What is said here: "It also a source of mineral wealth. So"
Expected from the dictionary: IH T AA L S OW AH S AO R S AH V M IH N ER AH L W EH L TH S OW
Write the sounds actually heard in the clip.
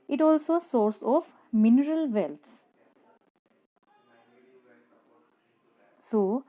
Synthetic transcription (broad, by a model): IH T AA L S OW S AO R S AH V M IH N ER AH L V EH L S S OW